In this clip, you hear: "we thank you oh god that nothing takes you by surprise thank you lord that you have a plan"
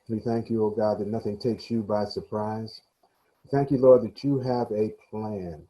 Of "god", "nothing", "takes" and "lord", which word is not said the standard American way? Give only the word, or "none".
none